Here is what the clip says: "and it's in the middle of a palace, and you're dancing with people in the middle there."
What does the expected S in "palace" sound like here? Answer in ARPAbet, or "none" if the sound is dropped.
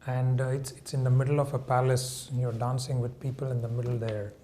S